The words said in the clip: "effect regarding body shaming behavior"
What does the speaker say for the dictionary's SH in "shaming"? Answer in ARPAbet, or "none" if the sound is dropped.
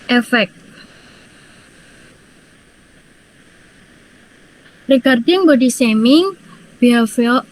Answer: S